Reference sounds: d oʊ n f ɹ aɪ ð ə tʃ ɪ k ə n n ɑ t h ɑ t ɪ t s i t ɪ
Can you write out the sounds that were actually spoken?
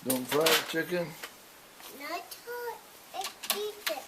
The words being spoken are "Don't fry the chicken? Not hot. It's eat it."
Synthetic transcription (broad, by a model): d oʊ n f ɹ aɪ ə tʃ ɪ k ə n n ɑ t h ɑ ɪ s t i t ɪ